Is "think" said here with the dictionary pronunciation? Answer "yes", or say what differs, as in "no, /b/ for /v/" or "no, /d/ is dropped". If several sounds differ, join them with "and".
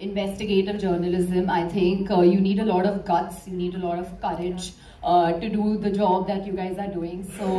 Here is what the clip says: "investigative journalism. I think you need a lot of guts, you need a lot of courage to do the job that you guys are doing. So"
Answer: no, /t/ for /θ/